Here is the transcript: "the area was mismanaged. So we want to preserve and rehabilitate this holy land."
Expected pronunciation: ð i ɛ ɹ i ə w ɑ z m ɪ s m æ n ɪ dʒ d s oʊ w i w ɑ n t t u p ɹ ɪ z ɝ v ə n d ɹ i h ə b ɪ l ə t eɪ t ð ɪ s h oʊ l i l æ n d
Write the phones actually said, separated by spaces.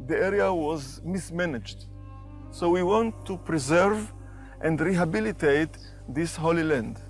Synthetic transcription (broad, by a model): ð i ɛ ɹ i ə w ɑ z m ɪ s m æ n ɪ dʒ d s oʊ w i w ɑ n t t u p ɹ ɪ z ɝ v ə n d ɹ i h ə b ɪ l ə t eɪ t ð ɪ s h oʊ l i l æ n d